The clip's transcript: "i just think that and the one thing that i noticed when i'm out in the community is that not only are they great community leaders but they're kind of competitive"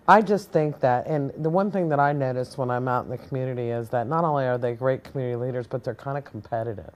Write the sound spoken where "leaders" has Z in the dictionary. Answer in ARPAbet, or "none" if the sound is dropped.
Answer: Z